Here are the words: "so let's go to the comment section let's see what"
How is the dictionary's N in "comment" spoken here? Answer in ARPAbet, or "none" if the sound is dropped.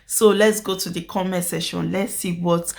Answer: none